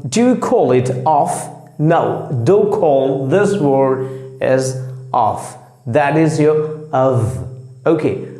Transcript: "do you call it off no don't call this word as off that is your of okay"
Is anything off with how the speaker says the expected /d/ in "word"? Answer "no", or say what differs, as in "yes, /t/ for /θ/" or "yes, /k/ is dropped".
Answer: yes, /d/ is dropped